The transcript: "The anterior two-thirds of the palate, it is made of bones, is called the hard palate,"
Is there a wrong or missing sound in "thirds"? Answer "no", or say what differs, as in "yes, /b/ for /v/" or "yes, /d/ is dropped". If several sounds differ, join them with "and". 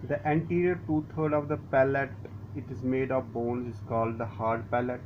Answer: yes, /t/ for /θ/ and /z/ is dropped